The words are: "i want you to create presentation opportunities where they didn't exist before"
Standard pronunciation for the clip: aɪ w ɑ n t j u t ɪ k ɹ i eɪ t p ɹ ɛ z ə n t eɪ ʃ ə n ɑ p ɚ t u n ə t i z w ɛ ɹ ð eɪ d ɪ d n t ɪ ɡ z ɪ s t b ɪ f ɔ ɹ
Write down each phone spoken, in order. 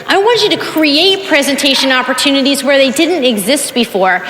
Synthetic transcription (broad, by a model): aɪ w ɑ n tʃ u t ɪ k ɹ i eɪ t p ɹ ɛ z ə n t eɪ ʃ ə n ɑ p ɚ t u n ə t i z w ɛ ɹ ð eɪ d ɪ d n t ɪ ɡ z ɪ s t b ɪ f ɔ ɹ